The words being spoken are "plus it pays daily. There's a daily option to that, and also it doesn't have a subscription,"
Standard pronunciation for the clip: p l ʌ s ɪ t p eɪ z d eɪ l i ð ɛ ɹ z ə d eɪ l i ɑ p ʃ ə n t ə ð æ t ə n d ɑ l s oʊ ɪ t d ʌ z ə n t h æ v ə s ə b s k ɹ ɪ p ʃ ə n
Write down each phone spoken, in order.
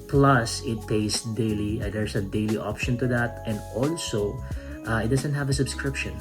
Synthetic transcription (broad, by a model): p l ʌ s ɪ t p eɪ s d eɪ l i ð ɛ ɹ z ə d eɪ l i ɑ p ʃ ə n t ə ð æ t ə n d ɑ l s oʊ ɪ t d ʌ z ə n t h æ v ə s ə b s k ɹ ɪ p ʃ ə n